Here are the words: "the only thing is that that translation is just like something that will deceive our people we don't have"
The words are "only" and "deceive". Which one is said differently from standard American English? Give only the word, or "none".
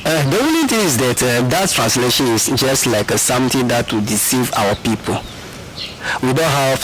only